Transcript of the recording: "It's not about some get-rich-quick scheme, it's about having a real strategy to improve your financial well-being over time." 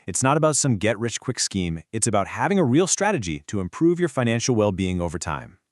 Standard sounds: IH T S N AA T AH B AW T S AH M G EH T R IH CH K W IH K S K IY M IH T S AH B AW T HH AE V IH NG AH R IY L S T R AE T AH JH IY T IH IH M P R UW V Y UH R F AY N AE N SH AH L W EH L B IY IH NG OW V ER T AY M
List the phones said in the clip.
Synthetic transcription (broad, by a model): IH T S N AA T AH B AW T S AH M G EH T R IH CH K W IH K S K IY M IH T S AH B AW T HH AE V IH NG AH R IY L S T R AE T AH JH IY T IH IH M P R UW V Y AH R F AY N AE N SH L W EH L B IY IH NG OW V ER T AY M